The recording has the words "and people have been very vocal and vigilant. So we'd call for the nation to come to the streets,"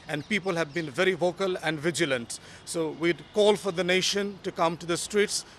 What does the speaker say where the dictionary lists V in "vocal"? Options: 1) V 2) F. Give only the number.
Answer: 1